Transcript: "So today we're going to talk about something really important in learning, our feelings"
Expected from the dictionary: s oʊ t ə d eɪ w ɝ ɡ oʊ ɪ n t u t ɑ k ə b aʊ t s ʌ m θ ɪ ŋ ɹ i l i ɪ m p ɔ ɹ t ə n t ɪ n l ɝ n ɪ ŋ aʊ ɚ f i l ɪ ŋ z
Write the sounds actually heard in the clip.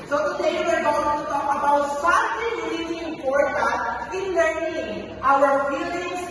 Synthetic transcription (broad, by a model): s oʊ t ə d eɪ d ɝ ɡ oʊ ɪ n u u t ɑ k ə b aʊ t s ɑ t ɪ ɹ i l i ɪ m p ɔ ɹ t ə t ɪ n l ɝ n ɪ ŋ aʊ ɚ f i l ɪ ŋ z